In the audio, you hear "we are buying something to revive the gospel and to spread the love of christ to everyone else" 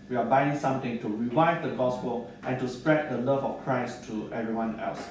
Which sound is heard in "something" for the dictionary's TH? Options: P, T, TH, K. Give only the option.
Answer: T